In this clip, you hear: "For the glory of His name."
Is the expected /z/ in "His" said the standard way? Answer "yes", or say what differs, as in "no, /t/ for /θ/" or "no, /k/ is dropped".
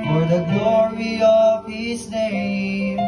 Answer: no, /s/ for /z/